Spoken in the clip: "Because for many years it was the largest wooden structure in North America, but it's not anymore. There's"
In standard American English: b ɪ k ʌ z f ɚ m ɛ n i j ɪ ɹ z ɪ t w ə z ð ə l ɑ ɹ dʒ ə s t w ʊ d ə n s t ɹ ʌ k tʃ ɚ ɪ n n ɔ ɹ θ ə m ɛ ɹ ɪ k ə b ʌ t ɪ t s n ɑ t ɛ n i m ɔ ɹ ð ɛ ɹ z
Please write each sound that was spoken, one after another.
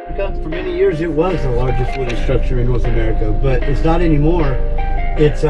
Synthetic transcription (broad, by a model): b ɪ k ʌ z f ɚ m ɛ n i j ɪ ɹ z ɪ t w ə z ð ə l ɑ ɹ dʒ ə s t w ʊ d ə s t ɹ ʌ k tʃ ɚ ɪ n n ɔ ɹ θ ə m ɛ ɹ ɪ k ə b ʌ t ɪ t s n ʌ t ɛ n i m ɔ ɹ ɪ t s